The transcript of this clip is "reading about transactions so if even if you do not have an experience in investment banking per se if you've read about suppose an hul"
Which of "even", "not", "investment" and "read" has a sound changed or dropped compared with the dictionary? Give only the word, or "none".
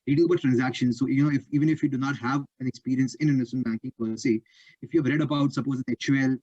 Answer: investment